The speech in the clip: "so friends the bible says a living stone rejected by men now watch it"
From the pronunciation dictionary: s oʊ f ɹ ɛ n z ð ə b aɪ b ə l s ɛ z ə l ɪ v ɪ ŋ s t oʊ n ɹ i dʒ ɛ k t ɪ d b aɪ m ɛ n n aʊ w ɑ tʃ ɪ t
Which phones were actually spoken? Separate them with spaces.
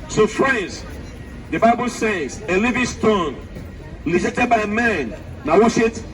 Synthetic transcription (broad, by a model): s oʊ f ɹ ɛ n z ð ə b aɪ b ə l s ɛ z ə l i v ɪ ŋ s t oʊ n l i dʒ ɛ t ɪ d b aɪ m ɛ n n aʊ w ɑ s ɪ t